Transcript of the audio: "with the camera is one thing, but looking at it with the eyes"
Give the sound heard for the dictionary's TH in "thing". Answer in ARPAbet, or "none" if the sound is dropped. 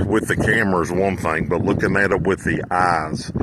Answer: TH